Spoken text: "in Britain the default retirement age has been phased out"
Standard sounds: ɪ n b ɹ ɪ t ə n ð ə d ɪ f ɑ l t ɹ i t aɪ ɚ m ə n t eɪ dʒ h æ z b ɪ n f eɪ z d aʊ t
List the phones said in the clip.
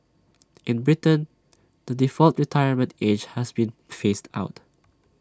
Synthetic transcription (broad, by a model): ɪ n b ɹ ɪ t ə n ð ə d ɪ f ɑ l t ɹ i t aɪ ɚ m ə n t eɪ dʒ h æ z b ɪ n f eɪ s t aʊ t